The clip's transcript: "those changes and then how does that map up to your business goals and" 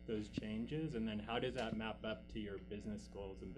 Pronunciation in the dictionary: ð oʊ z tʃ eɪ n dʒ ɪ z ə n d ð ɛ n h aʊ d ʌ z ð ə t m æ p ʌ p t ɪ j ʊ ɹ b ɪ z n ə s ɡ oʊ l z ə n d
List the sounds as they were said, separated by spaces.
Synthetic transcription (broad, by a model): ð oʊ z tʃ eɪ n dʒ ɪ z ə n ð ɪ n h aʊ d ʌ z ð ə t m æ p ʌ p t ɪ j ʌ ɹ b ɪ z n ə s ɡ oʊ l z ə n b